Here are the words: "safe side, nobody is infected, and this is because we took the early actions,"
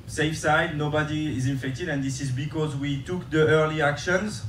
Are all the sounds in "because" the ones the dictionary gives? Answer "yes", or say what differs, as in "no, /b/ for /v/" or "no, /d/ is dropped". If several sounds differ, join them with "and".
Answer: yes